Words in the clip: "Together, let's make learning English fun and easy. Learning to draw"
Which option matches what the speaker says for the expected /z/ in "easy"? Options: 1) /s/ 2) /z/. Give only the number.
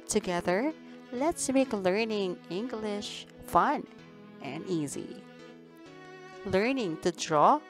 2